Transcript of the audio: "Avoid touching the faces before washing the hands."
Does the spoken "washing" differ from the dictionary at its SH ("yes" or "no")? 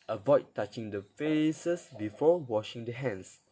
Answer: no